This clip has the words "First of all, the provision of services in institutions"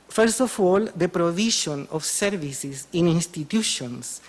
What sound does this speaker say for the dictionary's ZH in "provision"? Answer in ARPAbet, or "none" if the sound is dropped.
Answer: SH